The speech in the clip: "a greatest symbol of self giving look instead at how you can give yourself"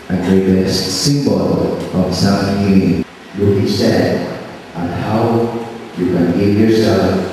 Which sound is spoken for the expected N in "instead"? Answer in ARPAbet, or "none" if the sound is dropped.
none